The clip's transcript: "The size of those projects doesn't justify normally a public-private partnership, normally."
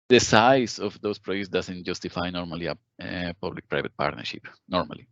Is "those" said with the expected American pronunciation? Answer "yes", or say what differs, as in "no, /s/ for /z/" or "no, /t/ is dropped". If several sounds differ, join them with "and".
no, /s/ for /z/